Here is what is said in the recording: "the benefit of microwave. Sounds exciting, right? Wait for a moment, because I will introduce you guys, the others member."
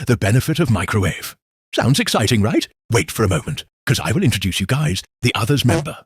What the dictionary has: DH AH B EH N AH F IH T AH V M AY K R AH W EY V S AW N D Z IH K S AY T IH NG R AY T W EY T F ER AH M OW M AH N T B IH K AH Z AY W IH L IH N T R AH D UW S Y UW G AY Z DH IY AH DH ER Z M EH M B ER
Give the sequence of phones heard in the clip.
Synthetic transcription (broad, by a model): DH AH B EH N AH F IH T AH V M AY K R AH EY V S AW N D Z IH K S AY T IH NG R AY T W EY T F ER AH M OW M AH N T K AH Z AY W IH L IH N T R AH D UW S Y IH G AY Z DH IY AH DH ER Z M EH M B ER